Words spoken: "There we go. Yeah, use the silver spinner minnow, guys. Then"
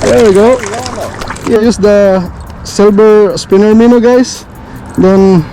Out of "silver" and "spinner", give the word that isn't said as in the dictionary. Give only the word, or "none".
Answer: silver